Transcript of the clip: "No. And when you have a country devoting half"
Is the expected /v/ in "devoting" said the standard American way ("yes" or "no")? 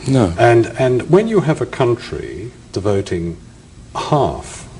yes